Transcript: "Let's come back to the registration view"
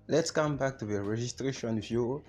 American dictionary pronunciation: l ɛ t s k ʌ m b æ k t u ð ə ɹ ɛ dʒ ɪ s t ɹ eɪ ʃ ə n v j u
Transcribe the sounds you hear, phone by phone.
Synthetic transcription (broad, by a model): l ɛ t s k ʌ m b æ k t u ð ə ɹ ɛ dʒ ɪ s t ɹ eɪ ʃ ə n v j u